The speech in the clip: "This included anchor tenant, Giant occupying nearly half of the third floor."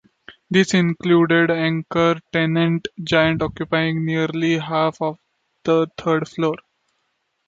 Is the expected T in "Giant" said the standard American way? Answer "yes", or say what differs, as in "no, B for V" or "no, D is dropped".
yes